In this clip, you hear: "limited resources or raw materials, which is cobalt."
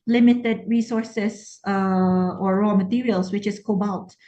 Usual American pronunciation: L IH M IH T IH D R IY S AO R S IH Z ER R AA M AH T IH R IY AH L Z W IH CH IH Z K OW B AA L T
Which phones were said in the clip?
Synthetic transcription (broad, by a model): L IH M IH T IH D R IY S AO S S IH AO R AA M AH T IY R IY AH L S W IH CH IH S K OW B AA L T